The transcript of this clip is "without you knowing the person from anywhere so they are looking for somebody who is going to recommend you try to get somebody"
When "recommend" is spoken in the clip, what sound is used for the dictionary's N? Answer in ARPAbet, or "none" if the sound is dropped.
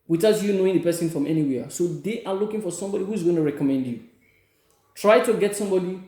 N